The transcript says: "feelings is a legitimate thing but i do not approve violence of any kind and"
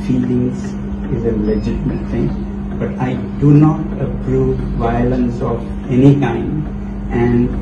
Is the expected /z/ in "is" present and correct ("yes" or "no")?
yes